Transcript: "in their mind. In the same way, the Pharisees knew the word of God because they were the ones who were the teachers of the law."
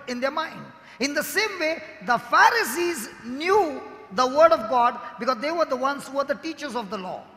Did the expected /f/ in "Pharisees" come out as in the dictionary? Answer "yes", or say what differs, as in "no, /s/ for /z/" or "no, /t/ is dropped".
yes